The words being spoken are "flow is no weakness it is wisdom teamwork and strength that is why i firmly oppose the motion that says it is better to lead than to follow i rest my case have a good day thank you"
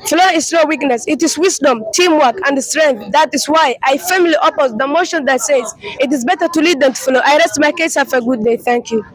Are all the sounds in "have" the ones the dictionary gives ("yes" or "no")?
no